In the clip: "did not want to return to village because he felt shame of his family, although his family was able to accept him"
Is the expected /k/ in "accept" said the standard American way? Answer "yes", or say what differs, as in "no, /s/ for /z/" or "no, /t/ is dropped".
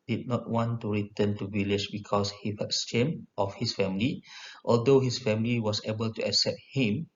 yes